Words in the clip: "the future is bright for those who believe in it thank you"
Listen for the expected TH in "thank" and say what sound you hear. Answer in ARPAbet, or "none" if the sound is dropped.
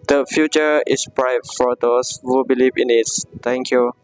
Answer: T